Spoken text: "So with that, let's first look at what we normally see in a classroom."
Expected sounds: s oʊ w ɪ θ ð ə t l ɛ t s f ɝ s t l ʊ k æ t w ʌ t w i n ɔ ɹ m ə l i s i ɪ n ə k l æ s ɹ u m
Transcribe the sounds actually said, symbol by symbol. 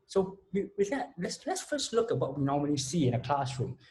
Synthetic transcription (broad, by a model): s oʊ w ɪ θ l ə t l ɛ t s f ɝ s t l ʊ k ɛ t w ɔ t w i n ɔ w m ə n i s i ɪ n ə k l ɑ s ɹ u m